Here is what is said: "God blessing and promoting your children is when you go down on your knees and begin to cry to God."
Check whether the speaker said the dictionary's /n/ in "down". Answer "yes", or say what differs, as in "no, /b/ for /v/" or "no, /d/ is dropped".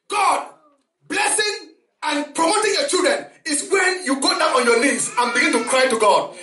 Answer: no, /n/ is dropped